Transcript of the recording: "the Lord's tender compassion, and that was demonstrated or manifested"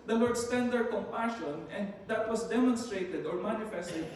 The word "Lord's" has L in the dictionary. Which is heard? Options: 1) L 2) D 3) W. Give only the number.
3